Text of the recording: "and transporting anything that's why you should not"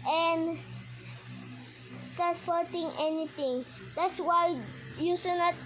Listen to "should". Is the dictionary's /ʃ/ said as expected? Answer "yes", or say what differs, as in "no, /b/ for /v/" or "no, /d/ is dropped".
no, /s/ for /ʃ/